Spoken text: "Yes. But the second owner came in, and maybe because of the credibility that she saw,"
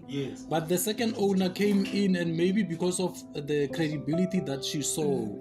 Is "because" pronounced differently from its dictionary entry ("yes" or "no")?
yes